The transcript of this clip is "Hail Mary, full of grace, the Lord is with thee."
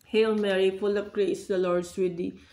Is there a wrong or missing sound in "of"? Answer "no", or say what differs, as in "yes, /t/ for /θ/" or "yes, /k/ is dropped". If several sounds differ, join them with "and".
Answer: yes, /p/ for /v/